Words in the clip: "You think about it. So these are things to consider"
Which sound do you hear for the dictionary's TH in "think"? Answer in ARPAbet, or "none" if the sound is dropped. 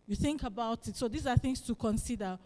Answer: TH